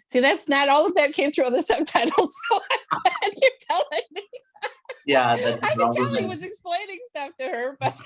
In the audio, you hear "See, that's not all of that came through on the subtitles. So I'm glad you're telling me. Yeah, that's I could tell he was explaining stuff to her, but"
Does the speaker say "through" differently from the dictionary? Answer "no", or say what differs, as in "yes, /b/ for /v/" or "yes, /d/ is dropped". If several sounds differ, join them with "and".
no